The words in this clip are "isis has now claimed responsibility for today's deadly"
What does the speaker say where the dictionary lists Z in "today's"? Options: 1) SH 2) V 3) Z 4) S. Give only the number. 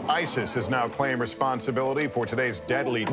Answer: 3